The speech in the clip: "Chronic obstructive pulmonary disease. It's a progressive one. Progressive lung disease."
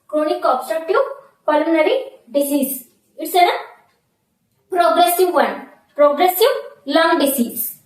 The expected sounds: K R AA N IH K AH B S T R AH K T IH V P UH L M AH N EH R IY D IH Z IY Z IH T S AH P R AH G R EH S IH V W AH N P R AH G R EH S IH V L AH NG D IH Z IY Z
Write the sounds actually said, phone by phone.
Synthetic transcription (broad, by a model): K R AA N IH K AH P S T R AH T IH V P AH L AH N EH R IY D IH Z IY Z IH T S AH P R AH G R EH S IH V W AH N P R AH G R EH S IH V L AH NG D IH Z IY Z